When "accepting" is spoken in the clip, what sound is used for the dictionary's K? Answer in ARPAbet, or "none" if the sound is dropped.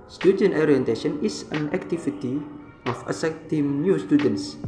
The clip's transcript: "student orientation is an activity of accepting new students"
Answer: none